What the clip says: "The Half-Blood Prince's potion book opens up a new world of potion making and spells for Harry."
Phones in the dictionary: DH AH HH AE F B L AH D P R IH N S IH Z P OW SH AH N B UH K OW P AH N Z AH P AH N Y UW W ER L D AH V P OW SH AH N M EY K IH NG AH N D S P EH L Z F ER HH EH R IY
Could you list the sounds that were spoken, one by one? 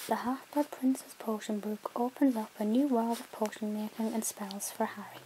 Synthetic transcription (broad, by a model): DH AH HH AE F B AH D P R IH N S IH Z P OW SH AH N B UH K OW P AH N Z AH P AH N Y UW W ER L D AH V P OW SH AH N M EY K IH NG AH N S P EH L Z F ER HH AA R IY